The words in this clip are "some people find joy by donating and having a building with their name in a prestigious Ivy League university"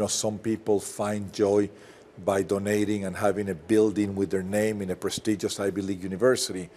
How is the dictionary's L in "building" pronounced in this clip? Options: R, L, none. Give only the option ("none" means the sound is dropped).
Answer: L